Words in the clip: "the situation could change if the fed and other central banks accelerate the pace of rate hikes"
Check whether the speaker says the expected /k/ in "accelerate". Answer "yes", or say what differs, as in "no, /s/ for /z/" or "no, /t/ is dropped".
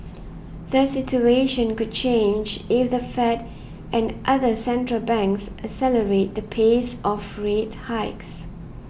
no, /k/ is dropped